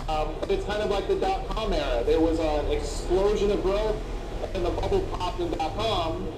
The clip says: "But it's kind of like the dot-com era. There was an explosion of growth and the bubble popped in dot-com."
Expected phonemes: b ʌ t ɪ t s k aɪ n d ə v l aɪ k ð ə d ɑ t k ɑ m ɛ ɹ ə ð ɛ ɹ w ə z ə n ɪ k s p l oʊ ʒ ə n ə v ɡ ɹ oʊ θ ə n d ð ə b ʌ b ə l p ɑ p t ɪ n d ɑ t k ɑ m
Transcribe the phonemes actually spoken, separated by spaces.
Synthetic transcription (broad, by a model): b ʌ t ɪ t s k aɪ n d ə v l aɪ k ð ə d ɑ t k ɑ m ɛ ɹ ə ð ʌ ɹ w ə z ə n ɪ k s p l oʊ ʒ ə n ə v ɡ ɹ oʊ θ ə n ð ə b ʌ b l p ɑ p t ɪ n d ɑ t k ɑ m